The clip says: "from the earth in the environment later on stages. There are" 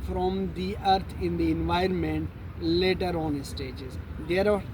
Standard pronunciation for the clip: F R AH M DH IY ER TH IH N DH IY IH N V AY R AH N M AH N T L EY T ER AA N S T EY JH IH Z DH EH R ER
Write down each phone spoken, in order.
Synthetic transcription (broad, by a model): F R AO M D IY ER T IH N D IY IH N V AY R AH N M AH N T L EY T ER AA N S T EY JH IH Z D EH R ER